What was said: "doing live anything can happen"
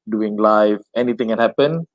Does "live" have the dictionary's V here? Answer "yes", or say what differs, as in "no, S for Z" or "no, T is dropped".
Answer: no, F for V